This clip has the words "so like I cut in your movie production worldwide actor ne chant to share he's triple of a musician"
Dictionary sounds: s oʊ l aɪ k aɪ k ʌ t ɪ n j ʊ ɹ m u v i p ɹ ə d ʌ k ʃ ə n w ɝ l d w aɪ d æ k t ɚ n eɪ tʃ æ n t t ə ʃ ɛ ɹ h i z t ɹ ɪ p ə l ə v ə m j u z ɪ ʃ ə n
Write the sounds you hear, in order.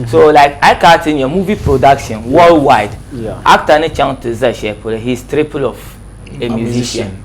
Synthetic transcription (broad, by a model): s oʊ l aɪ k aɪ k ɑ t ɪ n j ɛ m u v i p ɹ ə d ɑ k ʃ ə n w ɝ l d w aɪ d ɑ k t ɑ n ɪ tʃ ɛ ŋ t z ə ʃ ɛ l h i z t ɹ ɪ p ə l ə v ə m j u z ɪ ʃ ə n